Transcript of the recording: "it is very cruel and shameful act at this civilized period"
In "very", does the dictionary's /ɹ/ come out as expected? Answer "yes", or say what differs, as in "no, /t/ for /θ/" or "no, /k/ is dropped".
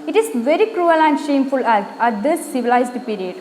yes